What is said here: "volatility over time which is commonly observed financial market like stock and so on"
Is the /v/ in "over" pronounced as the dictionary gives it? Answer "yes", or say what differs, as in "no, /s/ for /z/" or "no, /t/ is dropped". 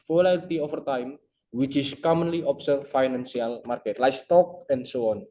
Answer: no, /f/ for /v/